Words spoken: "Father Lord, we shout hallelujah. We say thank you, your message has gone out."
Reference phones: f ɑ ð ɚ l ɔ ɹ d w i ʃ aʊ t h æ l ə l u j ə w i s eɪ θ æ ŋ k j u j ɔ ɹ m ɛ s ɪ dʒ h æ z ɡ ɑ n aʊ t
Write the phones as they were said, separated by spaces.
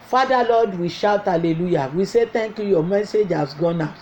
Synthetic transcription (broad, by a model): f ɑ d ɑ l ɔ d w i ʃ aʊ t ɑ l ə l u j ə w i s eɪ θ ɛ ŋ k j u j ɔ m ɛ s ɪ dʒ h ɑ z ɡ ɑ n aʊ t